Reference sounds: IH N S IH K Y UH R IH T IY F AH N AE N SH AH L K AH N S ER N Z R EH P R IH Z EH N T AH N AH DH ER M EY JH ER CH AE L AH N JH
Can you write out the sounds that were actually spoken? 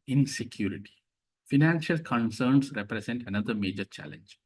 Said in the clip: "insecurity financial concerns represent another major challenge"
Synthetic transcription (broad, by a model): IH N S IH K Y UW R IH T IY F AH N AE N SH AH L K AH N S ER N S R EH P R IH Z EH N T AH N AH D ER M EY JH ER CH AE L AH N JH